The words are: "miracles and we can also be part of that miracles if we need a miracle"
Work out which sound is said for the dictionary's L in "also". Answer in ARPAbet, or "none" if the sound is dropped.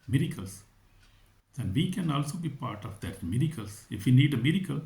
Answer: L